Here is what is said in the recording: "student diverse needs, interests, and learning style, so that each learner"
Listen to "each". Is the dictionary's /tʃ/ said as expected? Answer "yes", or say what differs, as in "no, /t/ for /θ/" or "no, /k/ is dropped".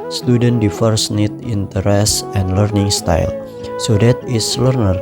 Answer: no, /s/ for /tʃ/